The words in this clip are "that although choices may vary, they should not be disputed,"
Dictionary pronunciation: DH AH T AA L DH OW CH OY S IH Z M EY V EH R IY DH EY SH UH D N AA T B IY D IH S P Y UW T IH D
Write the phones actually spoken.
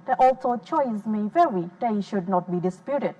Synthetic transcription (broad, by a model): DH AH T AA L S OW CH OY IH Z M EY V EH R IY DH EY SH UH D N AA T B IY D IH S P Y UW T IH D